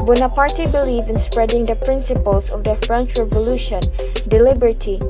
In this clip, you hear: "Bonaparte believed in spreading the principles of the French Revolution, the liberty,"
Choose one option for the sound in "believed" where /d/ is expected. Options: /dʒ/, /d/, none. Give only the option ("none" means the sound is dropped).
none